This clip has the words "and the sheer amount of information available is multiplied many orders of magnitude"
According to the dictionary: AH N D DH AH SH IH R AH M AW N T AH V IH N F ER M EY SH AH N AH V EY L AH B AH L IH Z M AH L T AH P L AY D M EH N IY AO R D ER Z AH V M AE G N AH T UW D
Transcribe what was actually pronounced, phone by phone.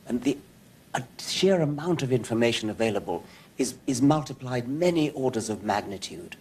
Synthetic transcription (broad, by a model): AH N DH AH SH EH R AH M AW N T AH V IH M F ER M EY SH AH N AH V EY L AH B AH L IH Z M AH L T AH P L AY D M EH N IY AO R D ER Z AH V M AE G N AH T UW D